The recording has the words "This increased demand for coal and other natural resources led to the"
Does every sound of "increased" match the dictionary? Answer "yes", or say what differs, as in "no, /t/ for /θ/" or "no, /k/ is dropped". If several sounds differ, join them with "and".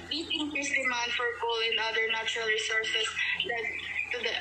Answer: no, /ɹ/ is dropped